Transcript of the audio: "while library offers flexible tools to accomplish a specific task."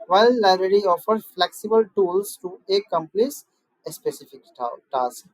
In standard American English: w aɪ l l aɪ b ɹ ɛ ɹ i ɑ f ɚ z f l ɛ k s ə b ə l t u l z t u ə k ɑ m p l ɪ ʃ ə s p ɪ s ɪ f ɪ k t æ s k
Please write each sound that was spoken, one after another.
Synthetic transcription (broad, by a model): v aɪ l l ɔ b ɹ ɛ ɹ i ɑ f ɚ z f l ɛ k s ə b ə l t u l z t u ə k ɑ m p l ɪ s ə s p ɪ s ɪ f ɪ k t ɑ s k